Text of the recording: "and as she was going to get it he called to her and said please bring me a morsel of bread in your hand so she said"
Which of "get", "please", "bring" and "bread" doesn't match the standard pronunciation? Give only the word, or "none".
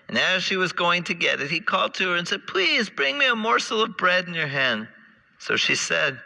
none